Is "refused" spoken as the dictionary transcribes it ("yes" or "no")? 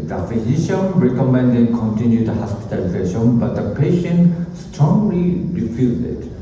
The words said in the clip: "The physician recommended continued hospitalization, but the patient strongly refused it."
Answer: no